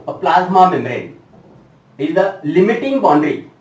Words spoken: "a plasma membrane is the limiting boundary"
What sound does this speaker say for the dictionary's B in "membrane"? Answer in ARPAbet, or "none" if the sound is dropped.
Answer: none